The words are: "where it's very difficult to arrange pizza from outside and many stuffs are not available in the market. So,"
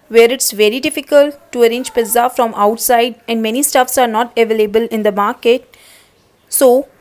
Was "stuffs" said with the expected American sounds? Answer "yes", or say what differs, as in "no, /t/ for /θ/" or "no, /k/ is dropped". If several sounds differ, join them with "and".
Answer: yes